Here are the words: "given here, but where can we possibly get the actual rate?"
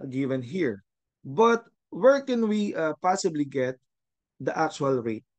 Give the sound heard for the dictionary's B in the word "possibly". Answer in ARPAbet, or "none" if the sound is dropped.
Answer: B